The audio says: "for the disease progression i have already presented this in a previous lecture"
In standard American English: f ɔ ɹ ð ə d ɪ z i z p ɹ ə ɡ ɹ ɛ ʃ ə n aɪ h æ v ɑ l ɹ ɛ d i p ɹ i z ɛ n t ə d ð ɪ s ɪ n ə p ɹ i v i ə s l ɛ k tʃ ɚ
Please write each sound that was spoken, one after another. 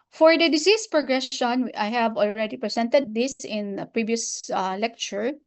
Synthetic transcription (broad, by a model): f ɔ ɹ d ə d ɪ s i s p ɹ ə ɡ ɹ ɛ ʃ ə n aɪ h æ v ɑ l ɹ ɛ d i p ɹ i s ɛ n t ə d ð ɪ s ɪ n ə p ɹ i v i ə s l ɛ k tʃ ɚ